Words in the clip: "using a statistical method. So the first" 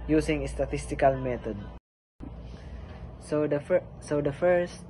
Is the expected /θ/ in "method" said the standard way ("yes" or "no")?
no